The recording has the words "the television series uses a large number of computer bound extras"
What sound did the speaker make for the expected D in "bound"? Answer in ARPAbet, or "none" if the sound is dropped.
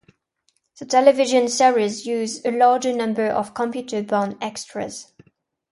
none